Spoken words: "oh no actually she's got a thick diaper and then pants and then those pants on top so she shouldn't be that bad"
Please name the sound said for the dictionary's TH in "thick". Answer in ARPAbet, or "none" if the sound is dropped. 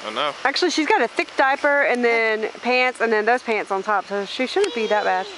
TH